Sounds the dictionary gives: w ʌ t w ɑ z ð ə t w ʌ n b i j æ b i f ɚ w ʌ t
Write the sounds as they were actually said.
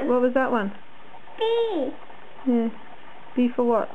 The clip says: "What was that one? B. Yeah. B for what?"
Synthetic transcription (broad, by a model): w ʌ t w ɑ z ð ə t w ʌ n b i j æ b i f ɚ w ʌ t